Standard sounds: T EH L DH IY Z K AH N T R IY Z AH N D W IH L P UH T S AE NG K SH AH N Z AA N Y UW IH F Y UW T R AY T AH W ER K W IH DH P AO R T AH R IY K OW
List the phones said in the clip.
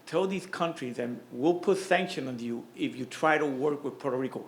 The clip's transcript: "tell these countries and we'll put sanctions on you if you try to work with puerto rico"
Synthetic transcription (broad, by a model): T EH L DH IY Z K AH N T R IY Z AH N W IH L P UH T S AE NG K SH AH N AA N Y UW IH F Y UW T R AY T AH W ER K W IH DH P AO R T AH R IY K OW